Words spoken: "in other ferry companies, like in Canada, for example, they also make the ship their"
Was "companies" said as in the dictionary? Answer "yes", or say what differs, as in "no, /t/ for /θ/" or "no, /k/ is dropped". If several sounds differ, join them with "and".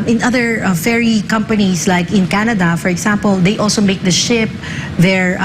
no, /s/ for /z/